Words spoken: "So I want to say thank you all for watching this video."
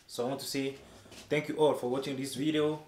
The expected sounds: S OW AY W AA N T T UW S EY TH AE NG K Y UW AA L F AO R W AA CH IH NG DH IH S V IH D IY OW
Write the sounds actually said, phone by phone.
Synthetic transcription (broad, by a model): S OW AY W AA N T T UW S EY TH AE NG K Y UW AA L F AO R W AA CH IH NG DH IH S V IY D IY OW